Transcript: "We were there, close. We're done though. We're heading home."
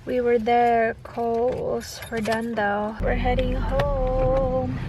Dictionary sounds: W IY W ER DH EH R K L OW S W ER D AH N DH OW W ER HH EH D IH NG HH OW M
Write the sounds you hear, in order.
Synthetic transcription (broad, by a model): W IY W ER DH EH R K OW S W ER D AH N DH OW W ER HH EH D IH NG HH OW M